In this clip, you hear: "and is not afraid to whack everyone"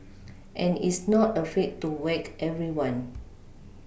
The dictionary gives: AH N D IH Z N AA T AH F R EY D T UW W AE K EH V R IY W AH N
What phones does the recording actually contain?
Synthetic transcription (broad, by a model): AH N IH S N AA T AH F EY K T UW W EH K EH V R IY W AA N